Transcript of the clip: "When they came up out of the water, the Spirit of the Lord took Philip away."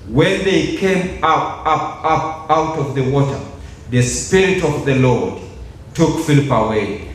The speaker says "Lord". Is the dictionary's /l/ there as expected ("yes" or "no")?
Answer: yes